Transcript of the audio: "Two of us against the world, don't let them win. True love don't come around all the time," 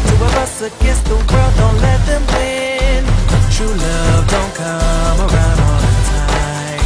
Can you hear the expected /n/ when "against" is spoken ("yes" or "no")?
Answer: no